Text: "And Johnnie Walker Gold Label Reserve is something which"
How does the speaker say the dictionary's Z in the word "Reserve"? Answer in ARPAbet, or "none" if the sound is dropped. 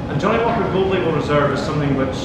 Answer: Z